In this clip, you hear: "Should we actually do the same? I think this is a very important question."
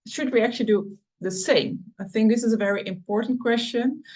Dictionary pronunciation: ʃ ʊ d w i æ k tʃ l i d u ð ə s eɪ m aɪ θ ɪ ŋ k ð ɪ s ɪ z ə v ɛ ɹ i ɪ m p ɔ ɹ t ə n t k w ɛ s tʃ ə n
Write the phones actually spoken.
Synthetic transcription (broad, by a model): ʃ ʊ d w i æ k tʃ l i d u ð ə s eɪ m aɪ θ ɪ ŋ k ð ɪ s ɪ z ə v ɛ ɹ i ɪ m p ɔ ɹ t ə n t k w ɛ s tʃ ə n